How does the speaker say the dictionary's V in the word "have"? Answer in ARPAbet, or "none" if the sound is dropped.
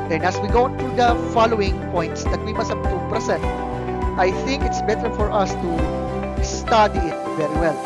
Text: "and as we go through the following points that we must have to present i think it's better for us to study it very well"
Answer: B